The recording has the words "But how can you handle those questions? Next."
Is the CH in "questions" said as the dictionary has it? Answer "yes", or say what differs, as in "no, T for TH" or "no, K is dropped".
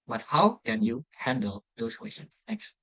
no, CH is dropped